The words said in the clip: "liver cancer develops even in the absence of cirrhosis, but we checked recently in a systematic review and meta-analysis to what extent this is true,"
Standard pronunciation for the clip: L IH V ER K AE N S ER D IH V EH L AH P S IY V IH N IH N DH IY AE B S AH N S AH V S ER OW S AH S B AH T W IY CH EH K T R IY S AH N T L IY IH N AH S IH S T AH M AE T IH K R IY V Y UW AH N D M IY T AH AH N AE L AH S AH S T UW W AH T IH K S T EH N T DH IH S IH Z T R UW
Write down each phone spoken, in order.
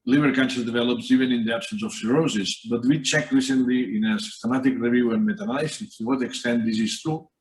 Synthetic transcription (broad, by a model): L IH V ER K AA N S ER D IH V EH L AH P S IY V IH N IH N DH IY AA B S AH N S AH F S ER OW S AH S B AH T W IY CH EH K T R IY S AH N T L IY IH N AH S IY S T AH M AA T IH K R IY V Y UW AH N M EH T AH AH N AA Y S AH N T UW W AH T IH K S T EH N T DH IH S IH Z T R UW